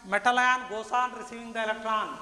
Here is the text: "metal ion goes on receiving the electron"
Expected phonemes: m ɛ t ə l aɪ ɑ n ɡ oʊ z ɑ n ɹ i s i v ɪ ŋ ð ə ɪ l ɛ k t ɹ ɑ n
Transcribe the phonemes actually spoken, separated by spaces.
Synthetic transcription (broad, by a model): m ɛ t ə l aɪ ɑ n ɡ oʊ s ɑ n ɹ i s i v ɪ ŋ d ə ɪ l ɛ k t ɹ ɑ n